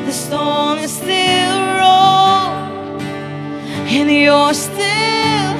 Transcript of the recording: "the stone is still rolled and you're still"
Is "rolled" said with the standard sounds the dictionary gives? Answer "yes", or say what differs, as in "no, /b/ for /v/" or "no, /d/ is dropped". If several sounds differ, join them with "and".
no, /d/ is dropped